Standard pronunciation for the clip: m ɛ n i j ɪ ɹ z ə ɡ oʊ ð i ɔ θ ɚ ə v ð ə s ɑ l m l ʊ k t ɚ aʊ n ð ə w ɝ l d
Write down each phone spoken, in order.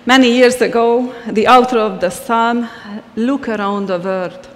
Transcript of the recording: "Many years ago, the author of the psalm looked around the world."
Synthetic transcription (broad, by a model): m ɛ n i j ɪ ɹ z ə ɡ oʊ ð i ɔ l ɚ ə v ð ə s ɑ l m l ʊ k ɚ aʊ n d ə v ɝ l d